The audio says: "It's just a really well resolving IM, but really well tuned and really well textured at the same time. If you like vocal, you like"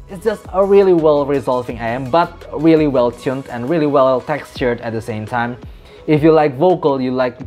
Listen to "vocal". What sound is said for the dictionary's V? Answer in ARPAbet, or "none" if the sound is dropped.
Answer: V